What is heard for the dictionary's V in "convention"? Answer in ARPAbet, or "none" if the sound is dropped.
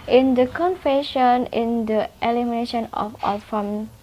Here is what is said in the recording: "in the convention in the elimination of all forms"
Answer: F